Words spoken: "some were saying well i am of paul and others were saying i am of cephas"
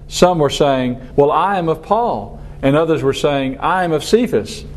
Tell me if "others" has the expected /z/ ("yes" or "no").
yes